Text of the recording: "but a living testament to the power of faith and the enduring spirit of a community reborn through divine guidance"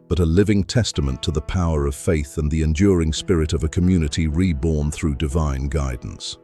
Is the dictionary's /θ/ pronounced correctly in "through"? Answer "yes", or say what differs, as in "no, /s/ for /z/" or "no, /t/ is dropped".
yes